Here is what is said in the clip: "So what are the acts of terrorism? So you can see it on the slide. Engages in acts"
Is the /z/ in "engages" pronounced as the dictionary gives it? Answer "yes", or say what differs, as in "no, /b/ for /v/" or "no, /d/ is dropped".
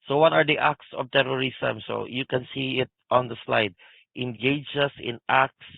no, /s/ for /z/